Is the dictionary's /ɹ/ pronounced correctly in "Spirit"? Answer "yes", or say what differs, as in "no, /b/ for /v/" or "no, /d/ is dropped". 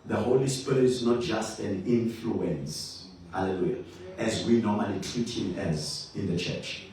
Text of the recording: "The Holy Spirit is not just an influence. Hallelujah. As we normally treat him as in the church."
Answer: no, /ɹ/ is dropped